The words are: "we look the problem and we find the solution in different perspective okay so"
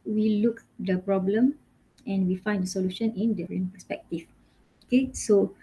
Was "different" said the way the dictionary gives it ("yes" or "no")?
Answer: no